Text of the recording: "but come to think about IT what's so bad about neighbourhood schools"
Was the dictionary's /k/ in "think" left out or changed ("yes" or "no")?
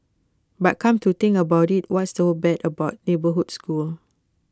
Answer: yes